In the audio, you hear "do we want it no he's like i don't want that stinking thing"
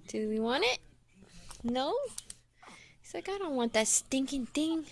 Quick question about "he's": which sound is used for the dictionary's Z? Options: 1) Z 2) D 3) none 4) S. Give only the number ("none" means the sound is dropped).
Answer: 4